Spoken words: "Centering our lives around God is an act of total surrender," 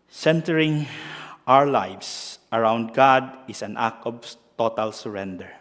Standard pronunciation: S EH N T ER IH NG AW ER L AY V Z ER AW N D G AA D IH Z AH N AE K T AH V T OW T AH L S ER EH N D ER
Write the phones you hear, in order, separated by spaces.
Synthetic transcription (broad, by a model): S EH N T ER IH NG AW ER L AY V S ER AW N D G AA D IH S AH N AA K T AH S T OW T AH L S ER EH N D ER